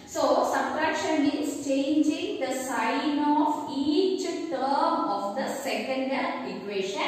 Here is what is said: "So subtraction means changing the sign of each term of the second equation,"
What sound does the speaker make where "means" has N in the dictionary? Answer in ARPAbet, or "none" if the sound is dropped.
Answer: none